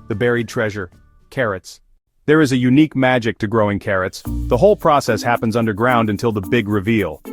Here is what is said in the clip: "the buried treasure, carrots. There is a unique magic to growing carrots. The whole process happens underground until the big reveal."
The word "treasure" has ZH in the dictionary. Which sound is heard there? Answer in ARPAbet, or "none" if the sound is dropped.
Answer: ZH